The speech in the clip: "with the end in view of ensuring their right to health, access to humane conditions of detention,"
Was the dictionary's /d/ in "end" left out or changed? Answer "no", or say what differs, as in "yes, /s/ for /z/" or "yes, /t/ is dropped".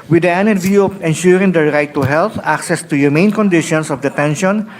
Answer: yes, /d/ is dropped